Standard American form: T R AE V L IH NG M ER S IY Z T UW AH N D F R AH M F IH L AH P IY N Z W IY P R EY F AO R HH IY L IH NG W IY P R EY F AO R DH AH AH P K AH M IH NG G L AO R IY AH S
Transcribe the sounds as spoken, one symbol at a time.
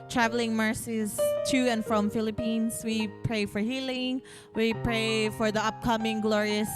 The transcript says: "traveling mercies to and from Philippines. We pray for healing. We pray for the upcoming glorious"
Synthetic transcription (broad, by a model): T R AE V L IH NG M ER S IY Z T UW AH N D F R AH M F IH L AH P IY N S W IY P R EY F AO R HH IY L IH NG W IY P R EY F AO R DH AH AH P K AH M IH NG G L AO R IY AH S